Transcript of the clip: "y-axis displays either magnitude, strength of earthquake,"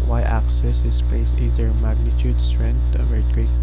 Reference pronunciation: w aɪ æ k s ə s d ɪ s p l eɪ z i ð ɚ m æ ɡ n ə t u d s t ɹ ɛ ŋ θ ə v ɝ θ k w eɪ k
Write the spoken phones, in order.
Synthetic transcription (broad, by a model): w aɪ æ k s ə s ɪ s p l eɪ s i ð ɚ m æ ɡ n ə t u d s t ɹ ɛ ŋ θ ə v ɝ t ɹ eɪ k